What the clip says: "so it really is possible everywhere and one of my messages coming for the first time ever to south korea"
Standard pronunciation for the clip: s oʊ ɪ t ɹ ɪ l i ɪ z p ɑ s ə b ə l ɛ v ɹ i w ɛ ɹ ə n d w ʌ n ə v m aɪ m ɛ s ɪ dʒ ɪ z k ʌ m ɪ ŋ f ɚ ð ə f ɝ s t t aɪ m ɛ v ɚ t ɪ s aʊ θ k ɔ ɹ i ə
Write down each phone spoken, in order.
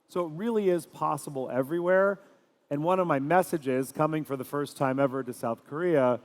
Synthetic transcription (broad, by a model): s oʊ ɪ t ɹ ɪ l i ɪ z p ɑ s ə b l ɛ v ɹ i w ɛ ɹ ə n w ʌ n ə v m aɪ m ɛ s ɪ dʒ ɪ z k ʌ m ɪ ŋ f ɚ ð ə f ɝ s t t aɪ m ɛ v ɚ t ɪ s aʊ θ k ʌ ɹ i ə